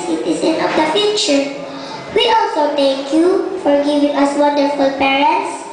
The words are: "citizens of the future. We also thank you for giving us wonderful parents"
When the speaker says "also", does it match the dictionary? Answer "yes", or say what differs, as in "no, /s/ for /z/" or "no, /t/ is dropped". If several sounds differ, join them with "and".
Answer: yes